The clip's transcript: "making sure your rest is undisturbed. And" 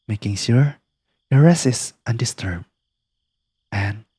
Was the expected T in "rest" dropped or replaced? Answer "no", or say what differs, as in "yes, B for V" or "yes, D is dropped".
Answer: yes, T is dropped